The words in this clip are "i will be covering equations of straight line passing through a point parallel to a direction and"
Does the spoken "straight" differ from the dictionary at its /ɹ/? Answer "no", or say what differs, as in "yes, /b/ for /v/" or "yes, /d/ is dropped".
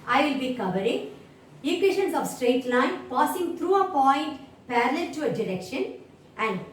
no